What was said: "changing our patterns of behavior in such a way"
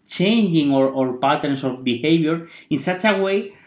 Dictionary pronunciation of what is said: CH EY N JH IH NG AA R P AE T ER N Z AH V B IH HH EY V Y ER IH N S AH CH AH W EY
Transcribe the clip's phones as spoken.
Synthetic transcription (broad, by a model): CH EY N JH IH NG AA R P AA T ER N S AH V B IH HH EY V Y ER IH N S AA CH AH W EY